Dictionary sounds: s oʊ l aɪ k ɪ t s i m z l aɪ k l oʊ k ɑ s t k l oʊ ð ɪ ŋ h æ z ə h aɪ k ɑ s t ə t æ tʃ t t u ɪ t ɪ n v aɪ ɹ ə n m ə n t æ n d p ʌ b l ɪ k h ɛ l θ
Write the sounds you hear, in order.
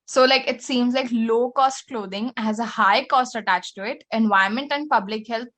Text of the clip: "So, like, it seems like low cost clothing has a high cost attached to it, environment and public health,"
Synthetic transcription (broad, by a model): s oʊ l aɪ k ɪ t s i m z l aɪ k l oʊ k ɑ s t k l oʊ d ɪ ŋ h æ z ə h aɪ k ɑ s t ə t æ tʃ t t u ɪ t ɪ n v aɪ ə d m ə n t æ n d p ʌ b l ɪ k h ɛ l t